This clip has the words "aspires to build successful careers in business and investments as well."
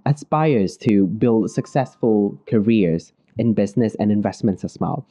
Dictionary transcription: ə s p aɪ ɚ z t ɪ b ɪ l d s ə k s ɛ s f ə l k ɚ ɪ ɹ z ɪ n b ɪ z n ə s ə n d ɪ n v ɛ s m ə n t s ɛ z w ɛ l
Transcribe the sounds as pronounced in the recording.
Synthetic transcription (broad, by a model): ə s p aɪ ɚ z t ɪ b ɪ l d s ə k s ɛ s f ə l k ɚ ɪ ɹ z ɪ n b ɪ z n ə s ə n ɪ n v ɛ s m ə n t s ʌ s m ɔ l